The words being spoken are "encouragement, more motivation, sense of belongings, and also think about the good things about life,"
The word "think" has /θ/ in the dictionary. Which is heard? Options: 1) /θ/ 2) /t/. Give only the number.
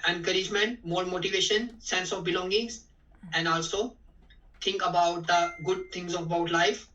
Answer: 2